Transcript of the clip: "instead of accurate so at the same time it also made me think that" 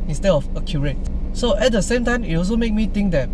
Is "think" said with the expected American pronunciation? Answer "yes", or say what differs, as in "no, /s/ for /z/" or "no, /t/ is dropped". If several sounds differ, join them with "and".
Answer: no, /t/ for /θ/